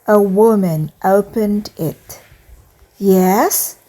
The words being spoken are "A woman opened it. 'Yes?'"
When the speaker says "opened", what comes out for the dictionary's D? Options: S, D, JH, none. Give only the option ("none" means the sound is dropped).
D